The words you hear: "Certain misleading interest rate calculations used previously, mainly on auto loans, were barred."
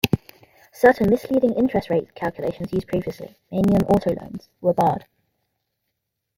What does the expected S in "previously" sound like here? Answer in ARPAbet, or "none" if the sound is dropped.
S